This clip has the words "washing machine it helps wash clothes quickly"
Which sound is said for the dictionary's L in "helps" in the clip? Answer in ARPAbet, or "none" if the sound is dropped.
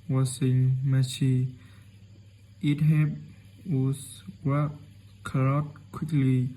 none